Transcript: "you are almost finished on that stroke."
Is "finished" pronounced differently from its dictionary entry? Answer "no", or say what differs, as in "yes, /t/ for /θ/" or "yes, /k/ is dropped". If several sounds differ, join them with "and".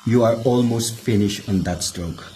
no